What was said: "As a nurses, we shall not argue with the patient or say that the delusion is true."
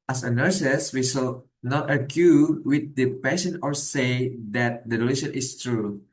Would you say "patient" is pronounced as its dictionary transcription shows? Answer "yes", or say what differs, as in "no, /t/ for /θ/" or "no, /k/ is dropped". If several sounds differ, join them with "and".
no, /t/ is dropped